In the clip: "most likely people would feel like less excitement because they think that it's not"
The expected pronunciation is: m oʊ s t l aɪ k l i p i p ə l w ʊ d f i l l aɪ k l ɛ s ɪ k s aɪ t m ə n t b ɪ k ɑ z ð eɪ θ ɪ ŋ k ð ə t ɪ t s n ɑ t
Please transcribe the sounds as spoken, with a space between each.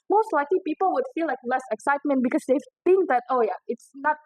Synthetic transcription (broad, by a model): m oʊ s t l aɪ k l i p i p ə l w ʊ d f i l l aɪ k l ɛ s ɪ k s aɪ t m ə n t b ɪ k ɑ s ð eɪ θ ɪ ŋ k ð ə t ɪ t s n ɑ t